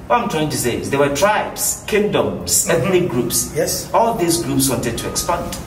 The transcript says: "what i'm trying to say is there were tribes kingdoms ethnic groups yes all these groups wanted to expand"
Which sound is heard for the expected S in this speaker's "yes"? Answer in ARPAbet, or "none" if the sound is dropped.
S